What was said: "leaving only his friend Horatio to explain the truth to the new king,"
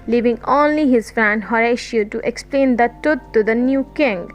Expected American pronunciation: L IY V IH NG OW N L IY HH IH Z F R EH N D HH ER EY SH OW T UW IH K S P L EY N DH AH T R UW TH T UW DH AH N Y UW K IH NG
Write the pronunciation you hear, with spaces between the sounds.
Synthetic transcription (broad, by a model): L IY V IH NG OW N L IY HH IH Z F R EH N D HH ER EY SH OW T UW IH K S P L EY N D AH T UW T T UW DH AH N Y UW K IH NG